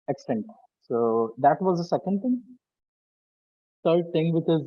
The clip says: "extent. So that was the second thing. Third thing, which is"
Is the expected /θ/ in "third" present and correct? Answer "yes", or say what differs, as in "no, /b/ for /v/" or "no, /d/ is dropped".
no, /t/ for /θ/